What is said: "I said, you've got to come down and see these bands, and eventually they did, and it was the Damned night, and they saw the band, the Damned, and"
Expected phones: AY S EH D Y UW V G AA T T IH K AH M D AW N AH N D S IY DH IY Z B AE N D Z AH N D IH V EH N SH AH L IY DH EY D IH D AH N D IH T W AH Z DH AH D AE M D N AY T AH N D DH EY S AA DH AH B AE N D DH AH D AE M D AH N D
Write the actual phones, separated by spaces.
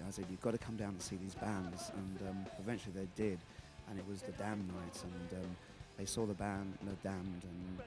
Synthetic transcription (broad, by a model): AY S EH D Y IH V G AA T T IH K AH M D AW AH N S IY DH IY Z B AE N D Z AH N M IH V EH N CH L IY DH EY D IH D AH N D IH T W AH Z DH AH D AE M N AY T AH N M DH EY S AA DH AH B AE N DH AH D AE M D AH N